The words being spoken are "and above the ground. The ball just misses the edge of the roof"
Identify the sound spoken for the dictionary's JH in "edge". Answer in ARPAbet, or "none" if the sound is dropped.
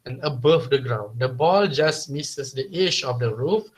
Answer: SH